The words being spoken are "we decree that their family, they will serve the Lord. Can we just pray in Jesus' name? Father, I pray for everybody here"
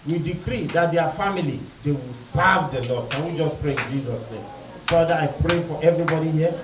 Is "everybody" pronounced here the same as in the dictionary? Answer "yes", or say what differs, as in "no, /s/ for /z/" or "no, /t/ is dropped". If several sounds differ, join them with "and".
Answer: yes